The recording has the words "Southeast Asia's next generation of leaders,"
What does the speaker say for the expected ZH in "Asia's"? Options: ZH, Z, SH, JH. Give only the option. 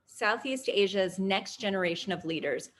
ZH